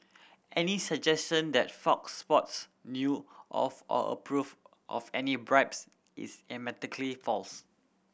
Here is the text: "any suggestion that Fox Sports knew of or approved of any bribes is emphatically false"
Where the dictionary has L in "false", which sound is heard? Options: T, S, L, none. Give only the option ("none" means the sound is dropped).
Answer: L